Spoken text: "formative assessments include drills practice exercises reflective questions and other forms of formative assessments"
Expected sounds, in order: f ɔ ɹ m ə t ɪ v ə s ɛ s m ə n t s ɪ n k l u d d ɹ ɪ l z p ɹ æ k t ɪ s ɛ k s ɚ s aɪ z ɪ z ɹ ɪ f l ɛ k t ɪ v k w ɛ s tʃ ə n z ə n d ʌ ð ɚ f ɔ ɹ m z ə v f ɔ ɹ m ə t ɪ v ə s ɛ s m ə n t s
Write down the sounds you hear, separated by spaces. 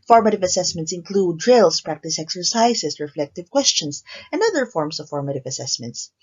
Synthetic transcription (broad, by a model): f ɔ ɹ m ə t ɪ v ə s ɛ s m ə n t s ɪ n k l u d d ɹ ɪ l s p ɹ æ k t ɪ s ɛ k s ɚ s aɪ s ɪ s ɹ ɪ f l ɛ k t ɪ v k w ɛ s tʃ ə n s ə n d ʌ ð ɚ f ɔ ɹ m s ə v f ɔ ɹ m ə t ɪ v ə s ɛ s m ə n t s